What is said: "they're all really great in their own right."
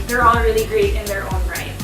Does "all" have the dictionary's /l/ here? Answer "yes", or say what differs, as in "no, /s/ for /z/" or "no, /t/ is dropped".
no, /n/ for /l/